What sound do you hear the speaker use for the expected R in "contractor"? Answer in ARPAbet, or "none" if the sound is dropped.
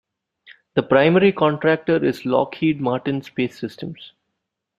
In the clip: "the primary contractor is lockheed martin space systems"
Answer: R